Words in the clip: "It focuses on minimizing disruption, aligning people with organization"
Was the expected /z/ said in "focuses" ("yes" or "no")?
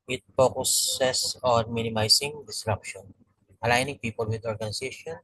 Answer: no